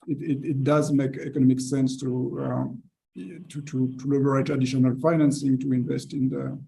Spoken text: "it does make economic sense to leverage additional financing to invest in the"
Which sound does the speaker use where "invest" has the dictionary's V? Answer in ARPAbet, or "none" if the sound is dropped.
V